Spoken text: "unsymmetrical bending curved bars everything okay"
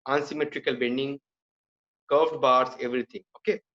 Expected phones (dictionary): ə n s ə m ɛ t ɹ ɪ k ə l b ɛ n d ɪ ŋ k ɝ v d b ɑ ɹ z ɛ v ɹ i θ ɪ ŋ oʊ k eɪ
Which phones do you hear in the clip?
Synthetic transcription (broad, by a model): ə n s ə m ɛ t ɹ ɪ k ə l b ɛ n d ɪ ŋ k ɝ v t b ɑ ɹ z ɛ v ɹ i t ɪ ŋ oʊ k eɪ